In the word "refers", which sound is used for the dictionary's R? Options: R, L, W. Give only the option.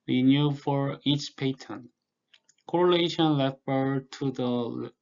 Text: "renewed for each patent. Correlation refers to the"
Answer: L